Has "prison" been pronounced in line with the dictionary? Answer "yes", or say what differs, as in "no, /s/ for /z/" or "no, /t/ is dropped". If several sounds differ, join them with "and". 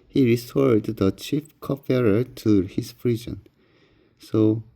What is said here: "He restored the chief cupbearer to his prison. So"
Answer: no, /f/ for /p/